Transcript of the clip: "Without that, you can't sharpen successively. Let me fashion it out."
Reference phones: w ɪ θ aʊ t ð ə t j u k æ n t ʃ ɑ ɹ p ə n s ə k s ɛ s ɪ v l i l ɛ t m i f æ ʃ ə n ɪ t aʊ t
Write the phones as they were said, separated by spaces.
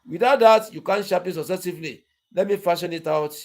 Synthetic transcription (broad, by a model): w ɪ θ aʊ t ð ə t j u k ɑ n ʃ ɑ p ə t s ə s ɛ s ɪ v l i l ɛ t m i f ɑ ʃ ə n ɪ t aʊ t